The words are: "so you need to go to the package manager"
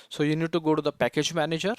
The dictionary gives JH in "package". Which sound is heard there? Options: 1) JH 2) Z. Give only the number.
1